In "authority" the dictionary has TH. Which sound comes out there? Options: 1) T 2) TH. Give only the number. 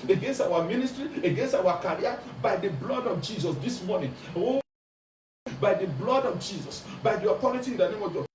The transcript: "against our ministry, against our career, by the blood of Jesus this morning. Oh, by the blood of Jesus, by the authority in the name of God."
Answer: 1